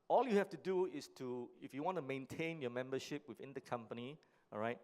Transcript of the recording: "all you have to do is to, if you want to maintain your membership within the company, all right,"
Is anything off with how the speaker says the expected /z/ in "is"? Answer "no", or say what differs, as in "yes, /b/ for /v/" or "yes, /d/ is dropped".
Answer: yes, /s/ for /z/